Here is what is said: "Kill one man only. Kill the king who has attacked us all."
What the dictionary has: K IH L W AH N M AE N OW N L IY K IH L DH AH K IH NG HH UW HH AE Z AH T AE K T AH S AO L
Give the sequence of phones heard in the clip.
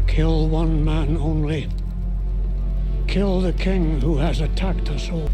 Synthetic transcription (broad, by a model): K IH L W AH N M AE N OW N L IY K IH L DH AH K IH NG HH UW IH Z AH T AE K T AH S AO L